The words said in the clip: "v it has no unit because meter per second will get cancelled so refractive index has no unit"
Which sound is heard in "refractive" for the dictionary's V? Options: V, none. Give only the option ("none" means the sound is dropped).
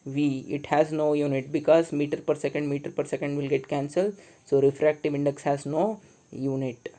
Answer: V